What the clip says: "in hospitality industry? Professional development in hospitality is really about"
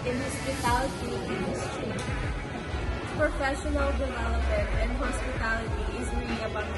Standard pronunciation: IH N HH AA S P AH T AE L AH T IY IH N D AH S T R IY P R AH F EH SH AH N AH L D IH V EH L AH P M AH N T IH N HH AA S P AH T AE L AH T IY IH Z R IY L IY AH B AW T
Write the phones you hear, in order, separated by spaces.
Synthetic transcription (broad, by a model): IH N HH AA S P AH T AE L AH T IY IH N D AH S T R IY P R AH F EH SH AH N L D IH V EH L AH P AH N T IH N HH AA S P AH T AE L AH T IY IH Z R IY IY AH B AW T